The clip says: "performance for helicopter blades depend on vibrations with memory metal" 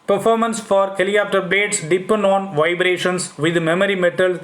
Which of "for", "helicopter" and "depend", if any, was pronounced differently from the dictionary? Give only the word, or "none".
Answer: helicopter